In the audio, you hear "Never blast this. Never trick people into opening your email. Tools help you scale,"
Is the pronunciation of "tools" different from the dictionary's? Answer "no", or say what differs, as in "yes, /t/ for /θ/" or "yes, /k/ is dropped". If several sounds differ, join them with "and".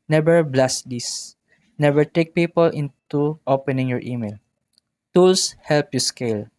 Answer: yes, /s/ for /z/